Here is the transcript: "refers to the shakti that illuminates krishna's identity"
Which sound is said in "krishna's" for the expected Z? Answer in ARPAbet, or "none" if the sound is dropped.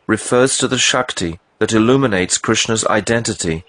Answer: Z